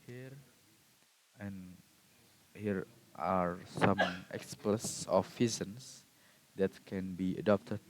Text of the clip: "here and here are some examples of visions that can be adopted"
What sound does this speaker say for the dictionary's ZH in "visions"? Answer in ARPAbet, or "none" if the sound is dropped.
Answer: Z